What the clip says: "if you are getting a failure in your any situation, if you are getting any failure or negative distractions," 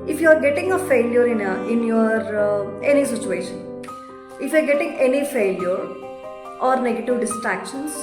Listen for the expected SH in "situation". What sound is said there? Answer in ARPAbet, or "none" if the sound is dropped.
SH